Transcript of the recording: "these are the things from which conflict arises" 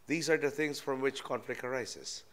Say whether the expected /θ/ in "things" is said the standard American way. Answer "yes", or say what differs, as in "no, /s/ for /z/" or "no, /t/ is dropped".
no, /t/ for /θ/